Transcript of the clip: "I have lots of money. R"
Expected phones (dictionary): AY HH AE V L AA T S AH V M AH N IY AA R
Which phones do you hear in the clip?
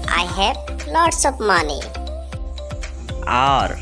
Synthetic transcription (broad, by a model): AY HH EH B L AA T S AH P M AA N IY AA R